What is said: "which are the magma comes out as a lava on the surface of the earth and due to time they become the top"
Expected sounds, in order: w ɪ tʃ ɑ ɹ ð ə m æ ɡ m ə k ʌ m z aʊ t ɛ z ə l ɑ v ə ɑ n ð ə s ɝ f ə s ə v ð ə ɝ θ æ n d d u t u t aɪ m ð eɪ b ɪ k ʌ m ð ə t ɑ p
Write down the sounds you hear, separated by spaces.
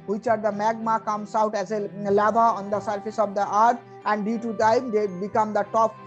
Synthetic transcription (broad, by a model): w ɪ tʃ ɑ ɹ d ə m æ ɡ m ə k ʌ m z aʊ t ɛ z ə l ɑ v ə ɑ n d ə s ɝ f ə s ə v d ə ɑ t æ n d d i t u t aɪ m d eɪ b ɪ k ʌ m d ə t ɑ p